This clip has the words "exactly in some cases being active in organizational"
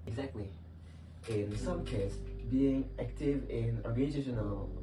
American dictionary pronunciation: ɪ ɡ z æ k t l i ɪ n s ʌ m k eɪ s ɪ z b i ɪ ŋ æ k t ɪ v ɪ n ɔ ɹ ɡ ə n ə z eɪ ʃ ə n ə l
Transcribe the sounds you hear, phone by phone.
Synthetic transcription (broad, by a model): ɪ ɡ z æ k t l i ɪ n s ʌ m k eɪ ɪ s b i ɪ ŋ æ k t ɪ v ɪ n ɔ ɹ ɡ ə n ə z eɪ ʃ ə n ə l